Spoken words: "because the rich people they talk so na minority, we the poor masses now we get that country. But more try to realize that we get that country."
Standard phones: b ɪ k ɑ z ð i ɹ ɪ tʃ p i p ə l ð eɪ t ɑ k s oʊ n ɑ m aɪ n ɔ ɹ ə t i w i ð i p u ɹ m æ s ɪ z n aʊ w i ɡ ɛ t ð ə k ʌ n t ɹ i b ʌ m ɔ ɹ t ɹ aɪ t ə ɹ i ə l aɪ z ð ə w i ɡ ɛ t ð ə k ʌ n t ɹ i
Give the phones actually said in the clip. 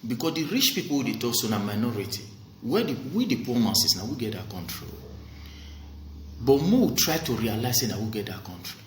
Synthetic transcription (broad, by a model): b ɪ k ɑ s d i ɹ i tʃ p i p ə l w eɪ t ɑ k s oʊ n ɑ m aɪ n ɔ ɹ ə t i w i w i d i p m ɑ s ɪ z n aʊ w i ɡ ɛ t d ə k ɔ n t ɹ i b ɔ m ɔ w t ɹ aɪ t ə ɹ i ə l aɪ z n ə w i ɡ ɛ t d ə k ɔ n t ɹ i